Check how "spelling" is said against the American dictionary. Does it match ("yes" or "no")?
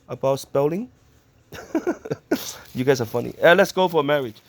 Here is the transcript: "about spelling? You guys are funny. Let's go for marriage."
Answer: yes